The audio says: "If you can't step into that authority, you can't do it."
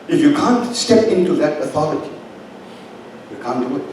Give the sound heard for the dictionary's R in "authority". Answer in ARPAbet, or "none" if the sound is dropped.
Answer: L